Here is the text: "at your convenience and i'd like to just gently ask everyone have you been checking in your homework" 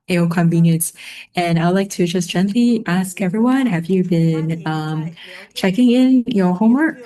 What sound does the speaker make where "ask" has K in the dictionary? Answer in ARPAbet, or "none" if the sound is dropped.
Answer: K